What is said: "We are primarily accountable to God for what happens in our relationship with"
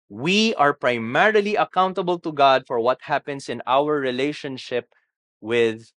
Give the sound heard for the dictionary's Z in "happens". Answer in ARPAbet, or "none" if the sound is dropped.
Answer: S